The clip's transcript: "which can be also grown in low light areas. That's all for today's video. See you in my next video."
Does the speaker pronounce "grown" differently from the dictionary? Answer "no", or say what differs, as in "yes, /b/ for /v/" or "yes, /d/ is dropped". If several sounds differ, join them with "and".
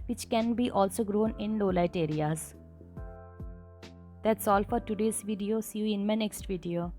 no